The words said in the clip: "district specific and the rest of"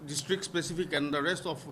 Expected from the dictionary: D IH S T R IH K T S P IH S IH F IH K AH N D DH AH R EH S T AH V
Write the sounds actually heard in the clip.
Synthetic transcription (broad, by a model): D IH S T R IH K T S P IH S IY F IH K AH N D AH R EH S T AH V